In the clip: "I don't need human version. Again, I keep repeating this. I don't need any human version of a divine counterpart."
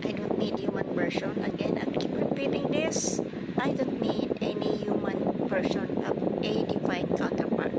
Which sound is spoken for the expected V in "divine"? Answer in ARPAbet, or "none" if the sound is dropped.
F